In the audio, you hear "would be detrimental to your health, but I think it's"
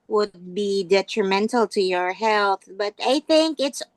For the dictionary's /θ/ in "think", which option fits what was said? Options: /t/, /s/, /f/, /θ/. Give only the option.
/θ/